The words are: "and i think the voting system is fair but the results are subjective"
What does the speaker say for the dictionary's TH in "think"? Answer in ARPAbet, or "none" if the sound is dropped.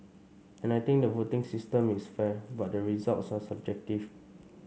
T